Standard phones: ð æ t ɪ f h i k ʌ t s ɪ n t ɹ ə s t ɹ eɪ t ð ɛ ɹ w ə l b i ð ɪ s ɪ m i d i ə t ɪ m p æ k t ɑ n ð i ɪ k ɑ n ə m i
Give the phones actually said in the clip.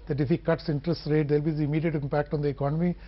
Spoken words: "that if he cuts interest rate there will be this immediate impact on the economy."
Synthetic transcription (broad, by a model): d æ t ɪ f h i k ʌ t s ɪ n t ɹ ə s t ɹ eɪ t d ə l b i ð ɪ ɪ m i d i ə t ɪ m p æ k t ɑ n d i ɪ k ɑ n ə m i